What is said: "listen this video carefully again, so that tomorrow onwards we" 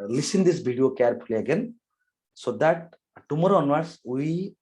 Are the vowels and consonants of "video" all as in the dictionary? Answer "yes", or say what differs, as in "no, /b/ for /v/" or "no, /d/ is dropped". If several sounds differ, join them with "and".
no, /b/ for /v/